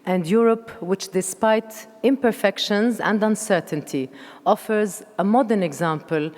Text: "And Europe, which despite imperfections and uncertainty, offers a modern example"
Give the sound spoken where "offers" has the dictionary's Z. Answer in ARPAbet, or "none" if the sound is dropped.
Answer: Z